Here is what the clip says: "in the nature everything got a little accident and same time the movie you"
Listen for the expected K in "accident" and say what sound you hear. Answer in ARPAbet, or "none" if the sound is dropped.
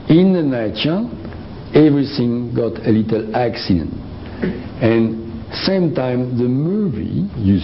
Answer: K